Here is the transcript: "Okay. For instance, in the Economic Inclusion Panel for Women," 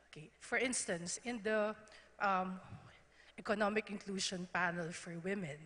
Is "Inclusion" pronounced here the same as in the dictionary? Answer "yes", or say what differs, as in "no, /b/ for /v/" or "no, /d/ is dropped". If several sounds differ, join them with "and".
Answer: no, /ʃ/ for /ʒ/